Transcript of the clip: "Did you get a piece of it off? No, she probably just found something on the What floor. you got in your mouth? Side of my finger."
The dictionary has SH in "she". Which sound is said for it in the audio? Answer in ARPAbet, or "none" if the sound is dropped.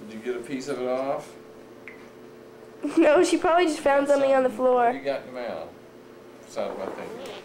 SH